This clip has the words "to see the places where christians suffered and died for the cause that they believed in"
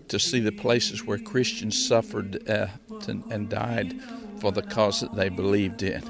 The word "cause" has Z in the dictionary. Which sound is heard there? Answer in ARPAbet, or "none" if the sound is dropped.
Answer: Z